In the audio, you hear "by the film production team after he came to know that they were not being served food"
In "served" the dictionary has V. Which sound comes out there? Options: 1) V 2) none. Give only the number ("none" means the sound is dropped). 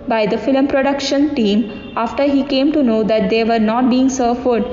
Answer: 2